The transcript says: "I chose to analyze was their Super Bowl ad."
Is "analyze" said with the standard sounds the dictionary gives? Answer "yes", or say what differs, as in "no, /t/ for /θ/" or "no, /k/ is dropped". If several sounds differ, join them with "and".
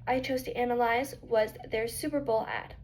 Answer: yes